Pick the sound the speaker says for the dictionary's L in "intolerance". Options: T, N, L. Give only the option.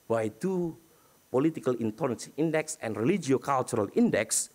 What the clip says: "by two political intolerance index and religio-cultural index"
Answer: N